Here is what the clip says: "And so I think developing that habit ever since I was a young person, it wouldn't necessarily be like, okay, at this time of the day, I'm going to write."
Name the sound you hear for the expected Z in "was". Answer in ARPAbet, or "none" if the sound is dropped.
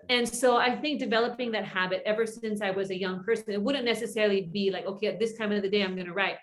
Z